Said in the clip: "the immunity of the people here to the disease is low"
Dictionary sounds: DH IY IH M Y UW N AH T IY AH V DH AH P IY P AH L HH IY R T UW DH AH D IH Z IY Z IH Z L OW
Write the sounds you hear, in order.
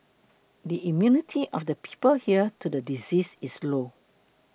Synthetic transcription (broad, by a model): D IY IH M Y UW N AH T IY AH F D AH P IY P AH L HH IY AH T UW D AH D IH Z IY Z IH S L OW